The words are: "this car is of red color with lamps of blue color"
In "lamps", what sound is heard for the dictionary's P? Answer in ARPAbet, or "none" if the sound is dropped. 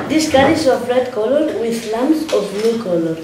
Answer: none